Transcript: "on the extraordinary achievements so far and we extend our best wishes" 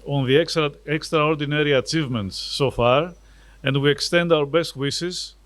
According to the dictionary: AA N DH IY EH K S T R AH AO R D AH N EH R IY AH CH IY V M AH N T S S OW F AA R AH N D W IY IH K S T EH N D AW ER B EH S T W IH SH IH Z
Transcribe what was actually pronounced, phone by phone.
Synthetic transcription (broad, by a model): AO N DH IY EH K S T R AH AO R D AH N EH R IY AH CH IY V M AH N T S S OW F AA R AH N D W IY IH K S T EH N D AW ER B EH S T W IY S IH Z